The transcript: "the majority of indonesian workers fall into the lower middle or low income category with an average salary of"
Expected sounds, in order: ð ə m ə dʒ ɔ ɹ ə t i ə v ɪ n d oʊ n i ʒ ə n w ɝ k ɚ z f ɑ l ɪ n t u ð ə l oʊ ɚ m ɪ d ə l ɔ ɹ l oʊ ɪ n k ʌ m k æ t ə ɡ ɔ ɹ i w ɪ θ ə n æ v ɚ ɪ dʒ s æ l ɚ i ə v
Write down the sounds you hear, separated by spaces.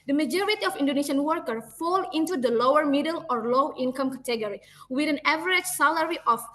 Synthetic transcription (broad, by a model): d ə m ə dʒ ɔ ɹ ə t i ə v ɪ n d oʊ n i ʃ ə n w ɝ k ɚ f ɑ l ɪ n t u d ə l oʊ ɚ m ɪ d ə l ɔ ɹ l oʊ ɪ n k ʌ m k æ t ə ɡ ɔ ɹ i w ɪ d ə n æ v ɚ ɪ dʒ s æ l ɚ i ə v